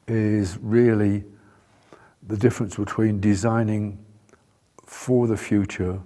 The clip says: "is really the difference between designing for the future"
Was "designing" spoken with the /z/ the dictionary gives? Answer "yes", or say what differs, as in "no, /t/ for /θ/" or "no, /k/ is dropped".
yes